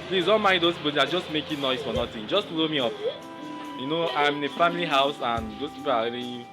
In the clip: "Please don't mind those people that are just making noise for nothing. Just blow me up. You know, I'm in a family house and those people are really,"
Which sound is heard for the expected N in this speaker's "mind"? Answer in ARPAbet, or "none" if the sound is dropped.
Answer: none